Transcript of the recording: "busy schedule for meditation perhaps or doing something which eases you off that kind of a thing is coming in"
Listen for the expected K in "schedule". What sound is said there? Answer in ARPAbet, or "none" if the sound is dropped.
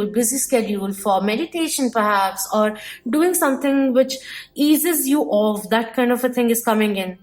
K